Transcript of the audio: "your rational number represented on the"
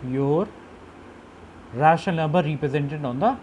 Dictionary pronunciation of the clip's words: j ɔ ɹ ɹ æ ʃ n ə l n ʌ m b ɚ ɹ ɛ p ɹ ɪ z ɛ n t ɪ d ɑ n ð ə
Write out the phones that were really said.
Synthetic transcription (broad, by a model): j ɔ ɹ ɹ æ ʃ ə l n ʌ m b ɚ ɹ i p ɹ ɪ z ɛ n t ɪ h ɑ n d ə